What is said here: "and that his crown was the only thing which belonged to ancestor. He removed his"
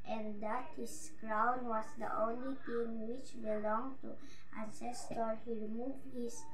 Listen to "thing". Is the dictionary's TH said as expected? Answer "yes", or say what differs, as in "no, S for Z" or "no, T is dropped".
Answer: no, T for TH